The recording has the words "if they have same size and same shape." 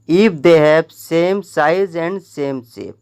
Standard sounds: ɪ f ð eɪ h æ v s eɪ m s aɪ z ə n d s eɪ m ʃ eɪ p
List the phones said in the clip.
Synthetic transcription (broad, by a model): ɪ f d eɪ h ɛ p s eɪ m s aɪ z ə n d s eɪ m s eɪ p